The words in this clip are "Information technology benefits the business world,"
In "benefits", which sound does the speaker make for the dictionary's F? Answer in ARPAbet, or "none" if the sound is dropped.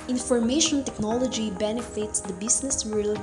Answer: F